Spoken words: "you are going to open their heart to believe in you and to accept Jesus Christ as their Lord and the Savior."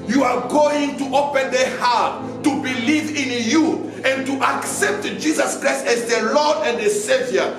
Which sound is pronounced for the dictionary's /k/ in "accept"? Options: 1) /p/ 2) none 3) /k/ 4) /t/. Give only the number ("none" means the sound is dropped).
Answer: 3